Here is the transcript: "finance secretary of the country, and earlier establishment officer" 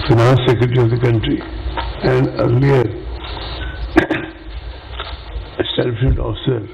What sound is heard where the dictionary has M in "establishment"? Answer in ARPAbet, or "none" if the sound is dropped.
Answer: none